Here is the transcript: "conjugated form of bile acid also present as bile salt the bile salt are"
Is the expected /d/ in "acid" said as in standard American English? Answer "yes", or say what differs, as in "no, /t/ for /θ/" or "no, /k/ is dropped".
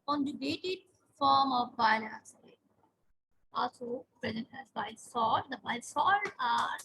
no, /d/ is dropped